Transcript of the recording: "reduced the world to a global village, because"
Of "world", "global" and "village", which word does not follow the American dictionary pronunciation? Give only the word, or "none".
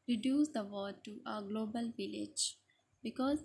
world